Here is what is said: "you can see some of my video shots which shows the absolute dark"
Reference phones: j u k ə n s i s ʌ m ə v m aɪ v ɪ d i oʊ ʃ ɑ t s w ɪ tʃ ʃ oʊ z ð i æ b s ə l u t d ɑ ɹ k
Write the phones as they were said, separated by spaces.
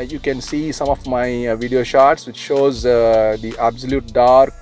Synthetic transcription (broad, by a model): j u k ə n s i s ʌ m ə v m aɪ v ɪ d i oʊ ʃ ɑ t s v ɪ tʃ ʃ oʊ z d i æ b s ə l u t d ɑ ɹ k